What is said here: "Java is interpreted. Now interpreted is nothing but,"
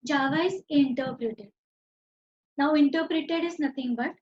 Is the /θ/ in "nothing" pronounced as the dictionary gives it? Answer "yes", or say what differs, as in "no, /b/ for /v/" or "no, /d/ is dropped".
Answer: no, /t/ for /θ/